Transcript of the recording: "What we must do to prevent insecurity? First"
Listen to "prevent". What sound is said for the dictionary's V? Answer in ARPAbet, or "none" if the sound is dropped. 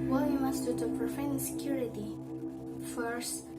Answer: F